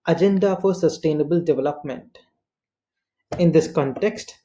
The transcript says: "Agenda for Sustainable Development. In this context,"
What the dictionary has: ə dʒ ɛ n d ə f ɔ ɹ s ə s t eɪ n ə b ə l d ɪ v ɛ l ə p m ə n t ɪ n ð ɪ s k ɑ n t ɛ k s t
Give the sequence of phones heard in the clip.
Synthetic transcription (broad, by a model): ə dʒ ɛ n d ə f ɔ ɹ s ə s t eɪ n ə b ə l d ɪ v ɛ l ə p m ə n t ɪ n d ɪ s k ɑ n t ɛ k s t